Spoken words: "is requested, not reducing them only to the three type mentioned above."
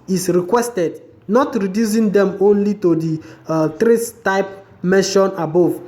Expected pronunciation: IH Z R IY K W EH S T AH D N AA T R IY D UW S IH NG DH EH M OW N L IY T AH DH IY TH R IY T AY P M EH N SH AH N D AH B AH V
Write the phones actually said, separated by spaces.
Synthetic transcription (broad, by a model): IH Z R IY K W EH S T AH D N AA T R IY D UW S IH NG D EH M OW N L IY T AH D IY T R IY T AY P M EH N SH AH N AH B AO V